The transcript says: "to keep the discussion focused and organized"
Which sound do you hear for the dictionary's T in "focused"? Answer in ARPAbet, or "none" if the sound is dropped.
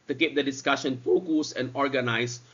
none